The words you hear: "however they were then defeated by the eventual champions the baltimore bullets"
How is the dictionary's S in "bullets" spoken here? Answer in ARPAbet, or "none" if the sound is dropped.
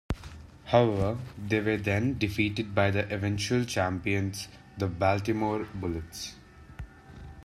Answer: S